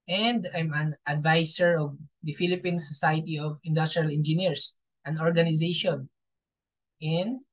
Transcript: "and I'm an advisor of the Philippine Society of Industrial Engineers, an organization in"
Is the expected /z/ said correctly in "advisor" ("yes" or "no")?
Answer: no